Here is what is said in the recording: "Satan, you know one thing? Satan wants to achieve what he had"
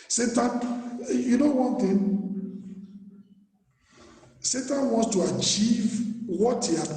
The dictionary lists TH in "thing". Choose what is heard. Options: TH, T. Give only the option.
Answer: T